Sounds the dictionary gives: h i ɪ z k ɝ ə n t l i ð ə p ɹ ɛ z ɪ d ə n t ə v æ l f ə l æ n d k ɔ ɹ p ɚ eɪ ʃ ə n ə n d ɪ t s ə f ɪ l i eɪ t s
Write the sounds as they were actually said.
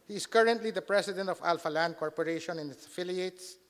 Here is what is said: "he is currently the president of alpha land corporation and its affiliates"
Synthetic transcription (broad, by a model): h i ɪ s k ɝ ə n t l i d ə p ɹ ɛ s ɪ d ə n t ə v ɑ l f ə l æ n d k ɔ ɹ p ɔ eɪ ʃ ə n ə n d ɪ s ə f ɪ l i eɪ t s